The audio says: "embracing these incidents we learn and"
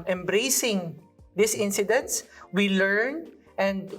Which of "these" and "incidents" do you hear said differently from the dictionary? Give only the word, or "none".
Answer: these